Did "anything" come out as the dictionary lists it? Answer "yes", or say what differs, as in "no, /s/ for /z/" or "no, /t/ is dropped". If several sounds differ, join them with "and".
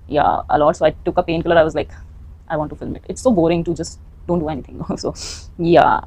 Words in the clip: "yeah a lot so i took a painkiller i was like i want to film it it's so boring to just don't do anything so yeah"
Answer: no, /t/ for /θ/